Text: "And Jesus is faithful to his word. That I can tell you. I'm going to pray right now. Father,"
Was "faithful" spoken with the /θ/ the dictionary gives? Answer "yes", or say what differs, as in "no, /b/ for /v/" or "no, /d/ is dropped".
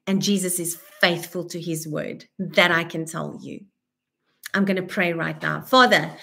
yes